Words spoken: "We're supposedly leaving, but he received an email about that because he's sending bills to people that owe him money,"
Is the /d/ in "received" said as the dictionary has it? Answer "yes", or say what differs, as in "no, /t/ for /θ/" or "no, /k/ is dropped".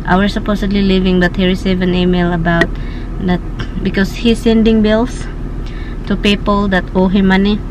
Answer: no, /d/ is dropped